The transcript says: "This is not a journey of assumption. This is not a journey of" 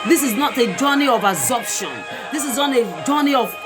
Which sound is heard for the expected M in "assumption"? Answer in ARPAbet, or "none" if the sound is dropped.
none